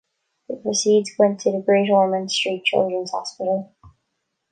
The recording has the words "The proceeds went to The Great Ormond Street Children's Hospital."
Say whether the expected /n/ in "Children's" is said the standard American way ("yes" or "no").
yes